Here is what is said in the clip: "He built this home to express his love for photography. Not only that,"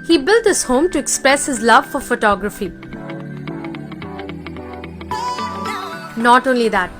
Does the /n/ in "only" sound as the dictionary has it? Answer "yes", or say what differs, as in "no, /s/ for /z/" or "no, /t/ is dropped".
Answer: yes